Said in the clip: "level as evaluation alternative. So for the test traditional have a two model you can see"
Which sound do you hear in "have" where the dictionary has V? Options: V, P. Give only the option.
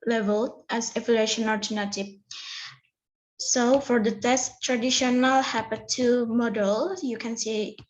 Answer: P